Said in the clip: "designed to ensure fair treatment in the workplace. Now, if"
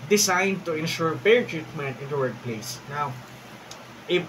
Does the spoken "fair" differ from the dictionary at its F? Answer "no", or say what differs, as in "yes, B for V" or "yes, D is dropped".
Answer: yes, P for F